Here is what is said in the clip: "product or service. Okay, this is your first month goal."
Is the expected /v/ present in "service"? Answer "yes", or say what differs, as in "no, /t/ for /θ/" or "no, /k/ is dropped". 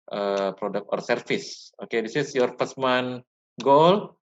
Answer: no, /f/ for /v/